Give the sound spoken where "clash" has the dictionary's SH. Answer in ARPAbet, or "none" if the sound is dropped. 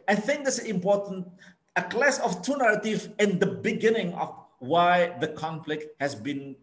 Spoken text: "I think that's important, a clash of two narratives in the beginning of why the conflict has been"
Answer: S